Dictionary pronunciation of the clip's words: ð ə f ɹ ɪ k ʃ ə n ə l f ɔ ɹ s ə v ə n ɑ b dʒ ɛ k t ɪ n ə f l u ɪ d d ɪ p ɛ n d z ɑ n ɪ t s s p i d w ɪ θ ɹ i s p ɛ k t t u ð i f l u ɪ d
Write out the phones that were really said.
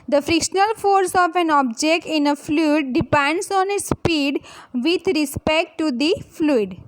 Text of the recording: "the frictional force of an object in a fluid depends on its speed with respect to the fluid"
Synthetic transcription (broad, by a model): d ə f ɹ ɪ k ʃ ə n ə l f ɔ ɹ s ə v ə n ɑ b dʒ ɛ k t ɪ n ə f l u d d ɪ p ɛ n d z ɑ n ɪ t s s p i d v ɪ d ɹ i s p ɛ k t t u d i f l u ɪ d